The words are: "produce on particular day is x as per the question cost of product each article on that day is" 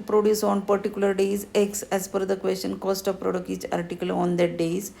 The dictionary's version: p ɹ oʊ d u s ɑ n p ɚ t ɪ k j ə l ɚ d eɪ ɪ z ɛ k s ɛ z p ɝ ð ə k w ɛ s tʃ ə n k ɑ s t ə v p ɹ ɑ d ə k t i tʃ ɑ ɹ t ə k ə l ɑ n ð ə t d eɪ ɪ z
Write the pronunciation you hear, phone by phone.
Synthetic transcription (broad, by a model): p ɹ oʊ d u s ɑ n p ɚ t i k j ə l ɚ d eɪ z ɛ k s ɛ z f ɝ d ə k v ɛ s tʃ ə n k ɑ s t ə v p ɹ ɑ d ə k i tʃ ɑ ɹ t ə k ə l ɑ n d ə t d eɪ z